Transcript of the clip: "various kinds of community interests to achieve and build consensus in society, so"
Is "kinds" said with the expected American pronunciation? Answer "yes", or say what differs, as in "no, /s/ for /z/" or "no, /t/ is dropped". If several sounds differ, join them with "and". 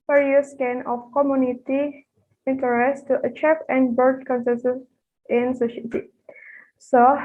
no, /z/ is dropped